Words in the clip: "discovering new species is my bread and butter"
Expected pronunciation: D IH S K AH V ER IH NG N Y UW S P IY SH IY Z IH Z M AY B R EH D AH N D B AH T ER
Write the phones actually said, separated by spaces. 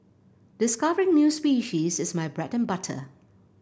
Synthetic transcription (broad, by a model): D IH S K AH V ER IH NG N Y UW S P IY SH IY Z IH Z M AY B R EH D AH N B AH T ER